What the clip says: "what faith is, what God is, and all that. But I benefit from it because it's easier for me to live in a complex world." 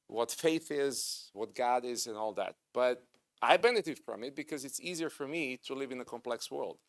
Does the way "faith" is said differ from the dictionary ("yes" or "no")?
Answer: no